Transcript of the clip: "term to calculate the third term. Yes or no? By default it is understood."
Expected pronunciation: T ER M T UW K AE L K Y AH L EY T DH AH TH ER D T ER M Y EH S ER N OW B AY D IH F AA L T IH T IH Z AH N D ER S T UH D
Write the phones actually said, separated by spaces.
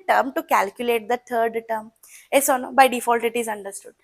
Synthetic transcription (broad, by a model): T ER M T UW K AE L K Y AH L EY T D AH T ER D T ER M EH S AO N OW B AY D IH F AA L T IH T IH Z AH N D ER S T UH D